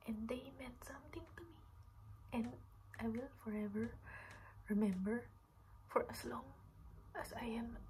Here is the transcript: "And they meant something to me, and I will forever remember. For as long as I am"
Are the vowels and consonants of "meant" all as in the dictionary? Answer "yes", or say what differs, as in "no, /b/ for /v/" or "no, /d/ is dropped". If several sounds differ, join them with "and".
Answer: no, /n/ is dropped